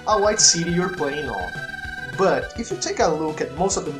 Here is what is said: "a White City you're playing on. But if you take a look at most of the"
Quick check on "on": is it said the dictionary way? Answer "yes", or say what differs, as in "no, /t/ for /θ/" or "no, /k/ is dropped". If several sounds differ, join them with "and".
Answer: no, /l/ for /n/